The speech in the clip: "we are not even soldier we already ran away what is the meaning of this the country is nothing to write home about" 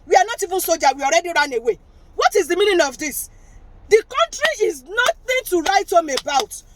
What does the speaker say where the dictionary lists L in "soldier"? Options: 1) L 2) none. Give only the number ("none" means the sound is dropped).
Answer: 2